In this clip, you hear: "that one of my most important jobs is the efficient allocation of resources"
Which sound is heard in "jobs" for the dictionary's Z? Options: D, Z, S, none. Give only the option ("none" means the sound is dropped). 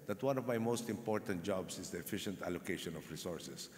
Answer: S